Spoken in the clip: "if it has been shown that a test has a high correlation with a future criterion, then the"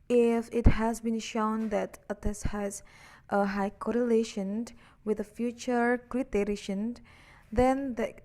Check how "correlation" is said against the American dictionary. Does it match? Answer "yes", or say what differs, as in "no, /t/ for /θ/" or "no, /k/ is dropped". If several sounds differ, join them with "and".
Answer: yes